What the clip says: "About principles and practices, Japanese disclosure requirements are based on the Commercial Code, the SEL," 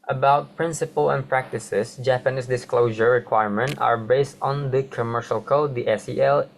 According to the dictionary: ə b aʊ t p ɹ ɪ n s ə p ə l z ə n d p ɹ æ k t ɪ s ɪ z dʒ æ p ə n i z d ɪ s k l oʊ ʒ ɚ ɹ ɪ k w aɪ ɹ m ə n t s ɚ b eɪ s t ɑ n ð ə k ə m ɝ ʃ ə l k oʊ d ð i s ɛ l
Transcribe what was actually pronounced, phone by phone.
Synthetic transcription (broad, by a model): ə b aʊ t p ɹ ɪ n s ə p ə l ə n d p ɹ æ k t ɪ s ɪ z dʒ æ p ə n i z d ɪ s k l oʊ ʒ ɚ ɹ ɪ k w aɪ ɹ m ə n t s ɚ b eɪ s t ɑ n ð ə k ə m ɝ ʃ ə l k oʊ d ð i s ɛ l